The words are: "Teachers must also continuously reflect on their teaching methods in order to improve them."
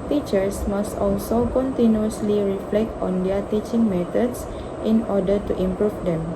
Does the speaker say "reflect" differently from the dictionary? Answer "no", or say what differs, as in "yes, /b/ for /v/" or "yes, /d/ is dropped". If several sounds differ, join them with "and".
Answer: no